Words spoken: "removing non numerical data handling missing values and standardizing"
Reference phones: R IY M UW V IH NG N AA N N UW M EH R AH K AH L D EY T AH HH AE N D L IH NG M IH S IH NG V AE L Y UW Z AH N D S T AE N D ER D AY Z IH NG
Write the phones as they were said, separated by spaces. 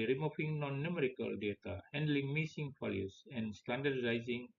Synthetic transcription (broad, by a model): R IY M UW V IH NG N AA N N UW M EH R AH K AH L D EY T AH HH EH N D L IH NG M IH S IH NG F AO L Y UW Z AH N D S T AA N D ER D AY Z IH NG